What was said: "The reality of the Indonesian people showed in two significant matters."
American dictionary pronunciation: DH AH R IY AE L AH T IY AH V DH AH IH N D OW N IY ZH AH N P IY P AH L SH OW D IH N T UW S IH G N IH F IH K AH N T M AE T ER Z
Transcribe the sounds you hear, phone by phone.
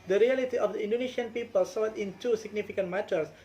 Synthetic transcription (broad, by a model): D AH R IY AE L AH T IY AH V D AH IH N D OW N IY SH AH N P IY P AH L S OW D IH N T UW S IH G N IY F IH K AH N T M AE T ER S